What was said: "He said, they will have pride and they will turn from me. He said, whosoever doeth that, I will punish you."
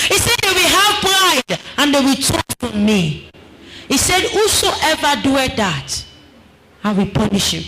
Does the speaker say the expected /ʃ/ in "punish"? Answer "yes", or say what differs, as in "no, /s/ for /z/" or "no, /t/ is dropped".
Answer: yes